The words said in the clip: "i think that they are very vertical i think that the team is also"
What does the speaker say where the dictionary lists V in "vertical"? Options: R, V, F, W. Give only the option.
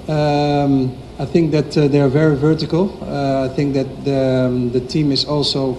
V